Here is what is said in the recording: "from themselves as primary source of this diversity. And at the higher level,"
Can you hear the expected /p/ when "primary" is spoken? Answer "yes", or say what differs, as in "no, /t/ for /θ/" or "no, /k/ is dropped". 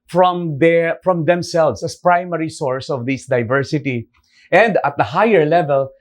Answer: yes